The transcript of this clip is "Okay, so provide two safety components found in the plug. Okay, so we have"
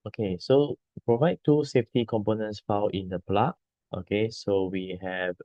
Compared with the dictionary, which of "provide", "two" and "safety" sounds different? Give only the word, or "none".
none